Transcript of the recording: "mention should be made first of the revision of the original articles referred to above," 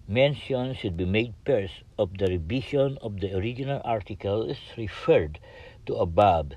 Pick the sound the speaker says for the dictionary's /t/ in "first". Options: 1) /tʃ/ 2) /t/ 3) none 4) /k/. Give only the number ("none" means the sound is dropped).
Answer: 3